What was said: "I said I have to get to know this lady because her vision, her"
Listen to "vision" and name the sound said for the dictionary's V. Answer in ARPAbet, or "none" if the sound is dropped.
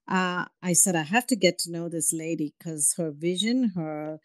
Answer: V